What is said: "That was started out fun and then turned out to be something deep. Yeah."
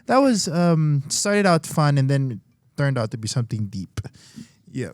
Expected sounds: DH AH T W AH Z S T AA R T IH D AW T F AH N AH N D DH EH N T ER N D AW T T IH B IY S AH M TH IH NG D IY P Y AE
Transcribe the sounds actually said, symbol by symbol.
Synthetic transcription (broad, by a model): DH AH T W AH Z S T AA R T IH D AW T F AH N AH N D DH EH N T ER N D AW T T IH B IY S AH M TH IH NG D IY P Y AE